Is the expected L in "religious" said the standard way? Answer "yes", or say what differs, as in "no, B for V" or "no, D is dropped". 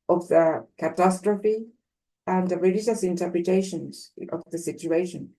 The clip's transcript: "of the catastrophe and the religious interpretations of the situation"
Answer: yes